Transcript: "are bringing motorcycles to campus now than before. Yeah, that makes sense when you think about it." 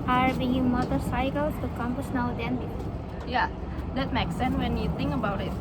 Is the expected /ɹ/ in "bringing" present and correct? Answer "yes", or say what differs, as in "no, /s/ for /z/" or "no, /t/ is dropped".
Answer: no, /ɹ/ is dropped